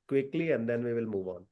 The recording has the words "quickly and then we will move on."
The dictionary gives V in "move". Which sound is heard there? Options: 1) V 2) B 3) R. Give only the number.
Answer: 1